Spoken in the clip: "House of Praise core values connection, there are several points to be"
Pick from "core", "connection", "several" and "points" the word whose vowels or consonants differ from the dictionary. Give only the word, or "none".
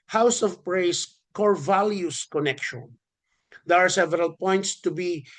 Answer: none